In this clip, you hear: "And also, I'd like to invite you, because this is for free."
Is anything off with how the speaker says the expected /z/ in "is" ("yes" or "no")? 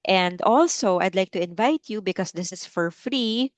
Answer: yes